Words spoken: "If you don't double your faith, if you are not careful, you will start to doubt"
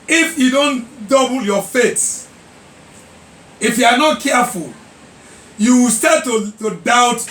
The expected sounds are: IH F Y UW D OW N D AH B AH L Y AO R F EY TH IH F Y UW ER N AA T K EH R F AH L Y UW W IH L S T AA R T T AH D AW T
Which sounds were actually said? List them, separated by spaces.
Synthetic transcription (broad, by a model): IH F Y UW D OW N D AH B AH L Y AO F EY S IH F Y UW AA N AA T K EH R F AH L Y UW W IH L S T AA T T AH D AW T